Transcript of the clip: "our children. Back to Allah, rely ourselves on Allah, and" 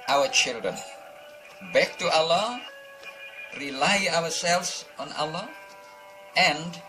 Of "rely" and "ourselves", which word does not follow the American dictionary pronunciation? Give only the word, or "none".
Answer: ourselves